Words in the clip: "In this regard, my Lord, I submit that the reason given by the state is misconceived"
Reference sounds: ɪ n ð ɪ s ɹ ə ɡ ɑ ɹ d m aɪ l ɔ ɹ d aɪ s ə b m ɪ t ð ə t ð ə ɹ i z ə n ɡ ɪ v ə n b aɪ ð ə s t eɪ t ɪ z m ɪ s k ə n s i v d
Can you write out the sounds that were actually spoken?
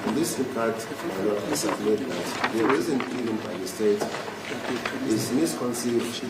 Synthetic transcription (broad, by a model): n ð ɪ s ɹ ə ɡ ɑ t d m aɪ n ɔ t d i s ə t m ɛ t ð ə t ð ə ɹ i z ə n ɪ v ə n b aɪ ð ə s t eɪ t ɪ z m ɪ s k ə n s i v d